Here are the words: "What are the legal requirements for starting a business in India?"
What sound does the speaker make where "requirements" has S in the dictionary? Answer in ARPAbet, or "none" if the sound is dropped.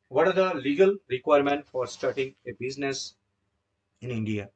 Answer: none